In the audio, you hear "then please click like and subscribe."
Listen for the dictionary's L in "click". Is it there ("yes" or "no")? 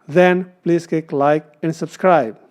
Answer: no